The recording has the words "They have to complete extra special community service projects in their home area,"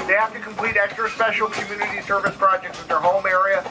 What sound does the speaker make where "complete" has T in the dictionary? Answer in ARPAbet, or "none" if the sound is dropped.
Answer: T